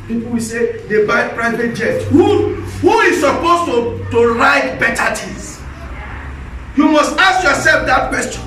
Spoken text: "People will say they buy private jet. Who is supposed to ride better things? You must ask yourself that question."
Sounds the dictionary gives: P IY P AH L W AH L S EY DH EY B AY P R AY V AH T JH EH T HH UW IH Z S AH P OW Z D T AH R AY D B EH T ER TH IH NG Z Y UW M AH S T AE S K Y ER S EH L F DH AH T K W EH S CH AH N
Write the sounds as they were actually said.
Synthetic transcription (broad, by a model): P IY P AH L W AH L S EY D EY B AY P R AY V AH T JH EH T HH UW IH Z S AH P OW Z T T AH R AY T B EH T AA T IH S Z Y UW M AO S T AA S K Y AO S EH L F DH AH T K W EH S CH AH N